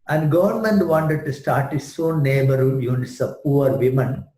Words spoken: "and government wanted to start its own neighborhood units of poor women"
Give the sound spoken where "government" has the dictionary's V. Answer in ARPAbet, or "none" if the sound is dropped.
V